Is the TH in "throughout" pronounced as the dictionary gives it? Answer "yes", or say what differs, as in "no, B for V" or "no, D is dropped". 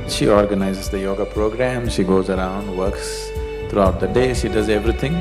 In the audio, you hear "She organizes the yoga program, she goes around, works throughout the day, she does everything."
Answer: no, T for TH